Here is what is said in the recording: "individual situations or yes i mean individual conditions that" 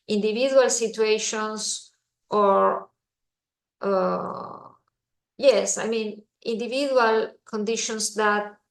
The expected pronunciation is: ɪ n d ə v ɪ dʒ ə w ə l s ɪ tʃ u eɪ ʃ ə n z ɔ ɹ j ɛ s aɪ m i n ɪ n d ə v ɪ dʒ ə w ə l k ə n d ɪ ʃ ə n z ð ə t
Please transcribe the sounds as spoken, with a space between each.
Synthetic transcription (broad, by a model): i n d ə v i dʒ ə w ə l s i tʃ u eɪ ʃ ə n s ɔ ɹ j ɛ s aɪ m i n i n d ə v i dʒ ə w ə l k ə n d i ʃ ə n s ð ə t